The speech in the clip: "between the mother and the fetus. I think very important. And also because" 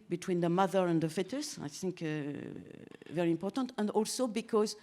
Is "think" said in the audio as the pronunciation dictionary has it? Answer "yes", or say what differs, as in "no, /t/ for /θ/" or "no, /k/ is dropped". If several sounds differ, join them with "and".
yes